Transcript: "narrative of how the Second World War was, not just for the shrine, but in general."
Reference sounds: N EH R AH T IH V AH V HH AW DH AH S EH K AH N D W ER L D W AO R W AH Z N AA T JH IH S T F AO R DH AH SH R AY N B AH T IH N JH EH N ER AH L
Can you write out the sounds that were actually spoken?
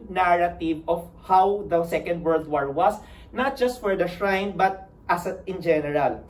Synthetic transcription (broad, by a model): N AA R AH T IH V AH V HH AW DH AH S EH K AH N D W ER L D W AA R W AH S N AA T JH IH S T F AO R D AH SH R AY N B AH T IH N JH EH N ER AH L